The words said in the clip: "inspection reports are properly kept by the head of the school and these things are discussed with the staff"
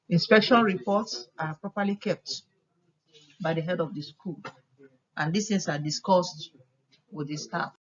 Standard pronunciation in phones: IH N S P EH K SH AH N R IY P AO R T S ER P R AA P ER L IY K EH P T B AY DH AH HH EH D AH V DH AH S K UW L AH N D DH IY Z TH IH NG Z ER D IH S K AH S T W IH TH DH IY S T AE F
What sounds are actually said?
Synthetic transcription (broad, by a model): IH N S P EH K SH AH N R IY P AO T S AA P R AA P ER L IY K EH P T B AY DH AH HH EH D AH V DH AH S K UW L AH N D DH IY S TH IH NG S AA D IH S K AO S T W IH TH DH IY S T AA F